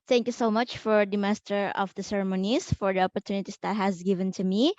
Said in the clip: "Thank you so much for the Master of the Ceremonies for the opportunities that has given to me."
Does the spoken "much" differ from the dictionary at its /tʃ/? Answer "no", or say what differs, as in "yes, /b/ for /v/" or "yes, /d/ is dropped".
no